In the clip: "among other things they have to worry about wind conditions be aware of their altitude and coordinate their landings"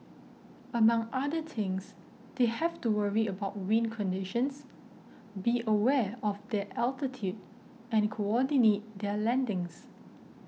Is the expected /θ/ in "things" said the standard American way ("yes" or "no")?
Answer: no